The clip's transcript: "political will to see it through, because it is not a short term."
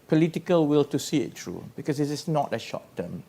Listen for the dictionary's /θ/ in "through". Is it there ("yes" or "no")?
no